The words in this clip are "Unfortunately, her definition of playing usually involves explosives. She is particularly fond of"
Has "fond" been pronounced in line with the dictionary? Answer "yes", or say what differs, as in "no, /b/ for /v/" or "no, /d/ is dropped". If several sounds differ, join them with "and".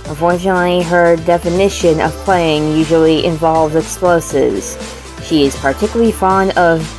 yes